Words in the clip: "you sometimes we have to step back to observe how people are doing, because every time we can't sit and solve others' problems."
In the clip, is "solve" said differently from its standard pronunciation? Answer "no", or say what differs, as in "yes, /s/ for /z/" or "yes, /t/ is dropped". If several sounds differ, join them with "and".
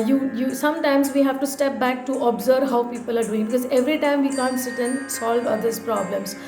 no